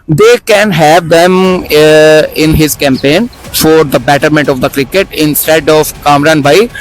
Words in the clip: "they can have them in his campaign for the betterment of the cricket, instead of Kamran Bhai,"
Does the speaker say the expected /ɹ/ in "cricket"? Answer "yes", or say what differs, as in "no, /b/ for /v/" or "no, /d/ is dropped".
yes